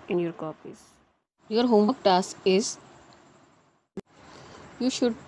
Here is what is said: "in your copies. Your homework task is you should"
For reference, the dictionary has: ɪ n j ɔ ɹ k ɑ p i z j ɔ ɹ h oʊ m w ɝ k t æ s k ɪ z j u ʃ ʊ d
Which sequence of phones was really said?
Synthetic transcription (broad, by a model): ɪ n j ɔ ɹ k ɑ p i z j ɔ ɹ h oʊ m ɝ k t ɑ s ɪ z j u ʃ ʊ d